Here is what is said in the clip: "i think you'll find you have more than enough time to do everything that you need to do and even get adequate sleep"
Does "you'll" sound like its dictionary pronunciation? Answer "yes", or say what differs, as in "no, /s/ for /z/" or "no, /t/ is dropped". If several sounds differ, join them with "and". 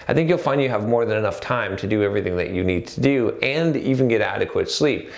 yes